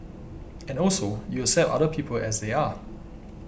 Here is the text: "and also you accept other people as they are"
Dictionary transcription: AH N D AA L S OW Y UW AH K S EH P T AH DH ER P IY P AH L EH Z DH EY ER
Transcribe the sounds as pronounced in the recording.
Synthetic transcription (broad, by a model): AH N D AA L S OW Y UW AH S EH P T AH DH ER P IY P AH L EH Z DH EY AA